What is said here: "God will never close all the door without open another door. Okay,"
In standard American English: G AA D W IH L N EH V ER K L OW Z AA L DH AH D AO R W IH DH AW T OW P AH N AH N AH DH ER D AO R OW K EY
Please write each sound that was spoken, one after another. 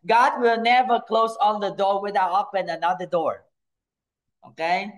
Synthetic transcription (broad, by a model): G AA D W IH L N EH V ER K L OW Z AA N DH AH D AO R W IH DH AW OW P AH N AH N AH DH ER D AO R OW K EY